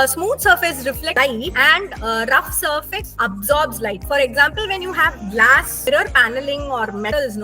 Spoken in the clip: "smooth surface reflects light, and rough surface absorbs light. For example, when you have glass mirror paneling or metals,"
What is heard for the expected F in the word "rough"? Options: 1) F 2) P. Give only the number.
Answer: 1